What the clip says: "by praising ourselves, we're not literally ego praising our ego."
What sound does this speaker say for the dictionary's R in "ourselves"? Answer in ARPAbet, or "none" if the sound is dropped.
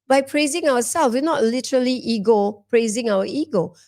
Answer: W